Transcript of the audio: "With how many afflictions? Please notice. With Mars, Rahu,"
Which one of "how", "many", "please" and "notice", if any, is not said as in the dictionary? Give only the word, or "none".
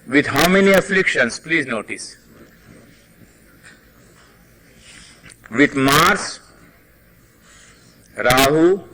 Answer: none